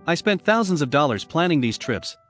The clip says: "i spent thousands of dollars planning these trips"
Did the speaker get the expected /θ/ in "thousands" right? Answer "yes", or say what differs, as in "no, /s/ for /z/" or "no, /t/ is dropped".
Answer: yes